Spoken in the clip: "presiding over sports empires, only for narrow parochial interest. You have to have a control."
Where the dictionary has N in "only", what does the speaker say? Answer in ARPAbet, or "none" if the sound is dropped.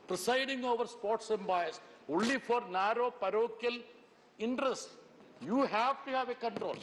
none